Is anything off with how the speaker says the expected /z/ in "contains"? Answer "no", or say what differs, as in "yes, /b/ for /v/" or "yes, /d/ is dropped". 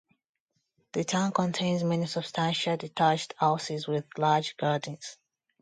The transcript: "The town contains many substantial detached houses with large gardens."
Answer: no